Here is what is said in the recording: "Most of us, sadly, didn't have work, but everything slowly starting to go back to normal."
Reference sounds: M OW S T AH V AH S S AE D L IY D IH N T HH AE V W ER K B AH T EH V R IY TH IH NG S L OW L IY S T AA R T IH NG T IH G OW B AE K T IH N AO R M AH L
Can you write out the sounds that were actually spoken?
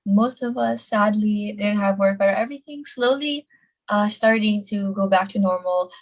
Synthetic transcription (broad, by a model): M OW S T AH V AH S S AE D L IY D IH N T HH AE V W ER K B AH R EH V R IY TH IH NG S L OW L IY S T AA R T IH NG T IH G OW B AE K T IH N AO R M L